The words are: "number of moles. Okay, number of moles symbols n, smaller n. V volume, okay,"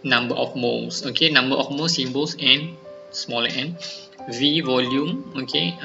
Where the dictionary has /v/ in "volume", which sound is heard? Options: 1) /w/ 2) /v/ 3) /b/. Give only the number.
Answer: 2